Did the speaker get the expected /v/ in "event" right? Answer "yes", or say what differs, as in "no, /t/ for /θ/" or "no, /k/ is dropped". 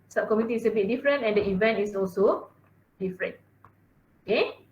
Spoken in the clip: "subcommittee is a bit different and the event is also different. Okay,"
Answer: yes